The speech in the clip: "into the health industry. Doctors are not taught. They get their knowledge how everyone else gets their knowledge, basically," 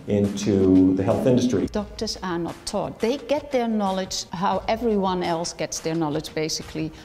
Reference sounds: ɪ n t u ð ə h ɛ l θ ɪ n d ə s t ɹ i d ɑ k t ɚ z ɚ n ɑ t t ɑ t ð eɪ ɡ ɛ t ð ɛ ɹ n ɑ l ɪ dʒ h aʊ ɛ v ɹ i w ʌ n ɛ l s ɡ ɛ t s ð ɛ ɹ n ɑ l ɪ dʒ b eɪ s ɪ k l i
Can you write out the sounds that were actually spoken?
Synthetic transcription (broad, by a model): ɪ n t u ð ə h ɛ l θ ɪ n d ə s t ɹ i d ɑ k t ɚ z ɚ n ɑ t t ɑ t ð eɪ ɡ ɛ t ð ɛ ɹ n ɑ l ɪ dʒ h aʊ ɛ v ɹ i w ʌ n ɛ l s ɡ ɛ t s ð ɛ ɹ n ɑ l ɪ dʒ b eɪ s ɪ k l i